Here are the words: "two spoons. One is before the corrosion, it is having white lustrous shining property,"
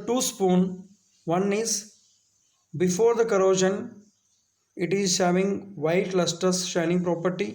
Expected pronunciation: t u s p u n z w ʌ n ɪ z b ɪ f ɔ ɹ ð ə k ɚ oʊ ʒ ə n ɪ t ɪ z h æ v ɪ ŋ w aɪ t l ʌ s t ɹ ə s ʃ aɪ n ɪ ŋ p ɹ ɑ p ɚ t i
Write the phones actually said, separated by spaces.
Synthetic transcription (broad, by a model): t u s p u n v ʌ n ɪ z b ɪ f ɔ ɹ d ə k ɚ oʊ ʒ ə n ɪ t ɪ z h æ v ɪ ŋ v aɪ t l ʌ s t ə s ʃ aɪ n ɪ ŋ p ɹ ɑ p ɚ t i